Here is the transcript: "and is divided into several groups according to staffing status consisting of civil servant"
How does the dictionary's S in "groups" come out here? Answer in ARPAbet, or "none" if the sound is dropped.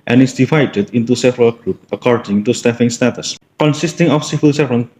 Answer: none